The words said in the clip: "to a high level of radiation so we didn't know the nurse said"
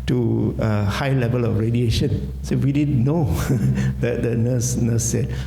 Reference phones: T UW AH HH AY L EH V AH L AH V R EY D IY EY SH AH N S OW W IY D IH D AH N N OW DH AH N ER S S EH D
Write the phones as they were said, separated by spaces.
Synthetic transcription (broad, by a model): T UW AH HH AY L EH V AH L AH F R EY D IY EY SH AH N S OW W IY D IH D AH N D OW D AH N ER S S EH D